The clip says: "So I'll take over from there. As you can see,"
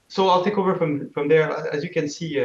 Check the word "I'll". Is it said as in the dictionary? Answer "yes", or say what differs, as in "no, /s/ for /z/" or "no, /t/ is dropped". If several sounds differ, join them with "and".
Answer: yes